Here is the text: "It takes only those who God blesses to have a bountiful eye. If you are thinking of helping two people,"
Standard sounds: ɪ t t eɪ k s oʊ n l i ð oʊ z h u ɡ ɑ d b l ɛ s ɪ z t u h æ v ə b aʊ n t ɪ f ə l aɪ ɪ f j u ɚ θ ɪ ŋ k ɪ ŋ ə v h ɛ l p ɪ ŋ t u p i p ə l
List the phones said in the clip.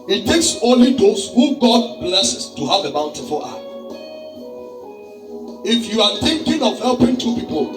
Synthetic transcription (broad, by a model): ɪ t t eɪ k s oʊ n l i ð oʊ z h u ɡ ɑ d b l ɛ s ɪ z t u h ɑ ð ə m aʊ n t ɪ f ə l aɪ ɪ f j u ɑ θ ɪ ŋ k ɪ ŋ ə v h ɛ l p ɪ ŋ t u p i p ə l